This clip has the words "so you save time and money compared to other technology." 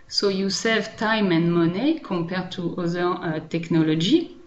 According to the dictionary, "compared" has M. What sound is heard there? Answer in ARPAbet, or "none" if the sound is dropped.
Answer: none